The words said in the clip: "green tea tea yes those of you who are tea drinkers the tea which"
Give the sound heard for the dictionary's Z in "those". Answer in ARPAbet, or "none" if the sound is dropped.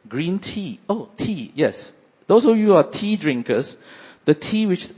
S